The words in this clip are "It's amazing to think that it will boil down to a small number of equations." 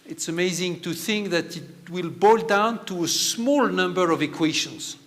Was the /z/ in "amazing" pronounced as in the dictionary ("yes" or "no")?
yes